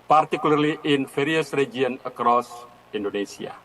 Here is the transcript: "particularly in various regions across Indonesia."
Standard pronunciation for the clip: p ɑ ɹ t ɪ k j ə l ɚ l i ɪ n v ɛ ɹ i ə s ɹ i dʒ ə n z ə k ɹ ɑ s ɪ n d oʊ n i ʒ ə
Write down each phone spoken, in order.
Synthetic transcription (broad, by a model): p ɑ ɹ t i k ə l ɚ l i ɪ n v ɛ ɹ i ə s ɹ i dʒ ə n ə k ɹ ɑ s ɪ n d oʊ n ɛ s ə